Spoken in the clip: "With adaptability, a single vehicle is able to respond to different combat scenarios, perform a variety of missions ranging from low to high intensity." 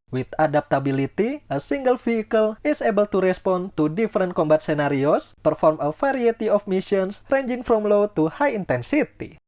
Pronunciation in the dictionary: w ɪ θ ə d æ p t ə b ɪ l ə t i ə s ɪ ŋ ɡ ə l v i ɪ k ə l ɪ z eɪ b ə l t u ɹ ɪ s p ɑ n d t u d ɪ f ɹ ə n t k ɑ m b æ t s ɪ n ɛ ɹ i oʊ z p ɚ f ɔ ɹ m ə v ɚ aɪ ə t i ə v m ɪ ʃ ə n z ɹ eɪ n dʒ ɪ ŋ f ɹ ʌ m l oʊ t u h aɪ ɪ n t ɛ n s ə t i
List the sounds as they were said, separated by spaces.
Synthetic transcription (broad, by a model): w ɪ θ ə d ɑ p t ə b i l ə t i ə s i ŋ ɡ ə l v i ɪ k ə l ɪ s eɪ b ə l t u ɹ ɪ s p ɑ n t u d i f ɹ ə n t k ɑ m b æ t s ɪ n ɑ ɹ i oʊ s p ɚ f ɔ ɹ m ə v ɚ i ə t i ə f m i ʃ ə n s ɹ eɪ n dʒ ɪ ŋ f ɹ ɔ m l oʊ t u h aɪ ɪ n t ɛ n s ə t i